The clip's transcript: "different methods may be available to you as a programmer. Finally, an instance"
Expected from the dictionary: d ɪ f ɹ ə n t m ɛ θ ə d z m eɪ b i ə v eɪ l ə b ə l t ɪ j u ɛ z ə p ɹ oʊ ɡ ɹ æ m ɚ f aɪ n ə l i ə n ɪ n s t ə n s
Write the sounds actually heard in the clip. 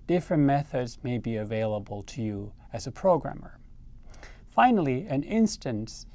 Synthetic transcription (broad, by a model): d ɪ f ɹ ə n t m ɛ θ ə d z m eɪ b i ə v eɪ l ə b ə l t ɪ j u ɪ z ə p ɹ oʊ ɡ ɹ æ m ɚ f aɪ n l i ə n ɪ n s t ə n s